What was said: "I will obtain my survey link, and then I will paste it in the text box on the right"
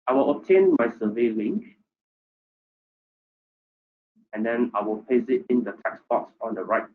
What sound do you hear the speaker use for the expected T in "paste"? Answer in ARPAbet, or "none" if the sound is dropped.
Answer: none